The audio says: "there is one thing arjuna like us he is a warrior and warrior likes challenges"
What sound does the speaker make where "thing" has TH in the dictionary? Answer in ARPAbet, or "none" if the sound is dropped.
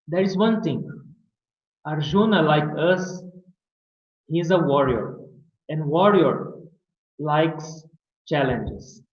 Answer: T